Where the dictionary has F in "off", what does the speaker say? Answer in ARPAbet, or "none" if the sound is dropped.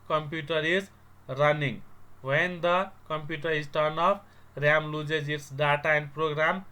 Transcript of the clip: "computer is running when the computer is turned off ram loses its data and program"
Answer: P